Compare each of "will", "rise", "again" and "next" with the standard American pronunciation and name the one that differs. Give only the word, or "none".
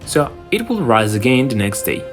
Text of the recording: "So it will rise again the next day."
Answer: none